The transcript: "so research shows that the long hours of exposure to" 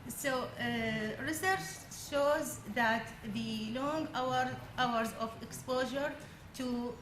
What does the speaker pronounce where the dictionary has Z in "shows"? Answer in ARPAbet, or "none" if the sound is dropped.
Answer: Z